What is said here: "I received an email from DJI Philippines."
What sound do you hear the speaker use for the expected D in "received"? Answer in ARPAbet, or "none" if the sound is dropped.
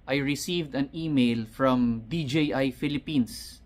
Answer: D